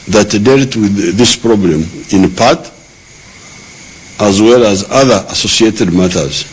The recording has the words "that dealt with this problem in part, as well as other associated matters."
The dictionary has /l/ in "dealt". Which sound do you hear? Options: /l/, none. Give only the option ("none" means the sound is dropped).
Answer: /l/